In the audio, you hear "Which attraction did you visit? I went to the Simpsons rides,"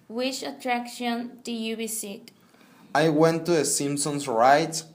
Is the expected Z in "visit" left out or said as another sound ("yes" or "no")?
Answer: yes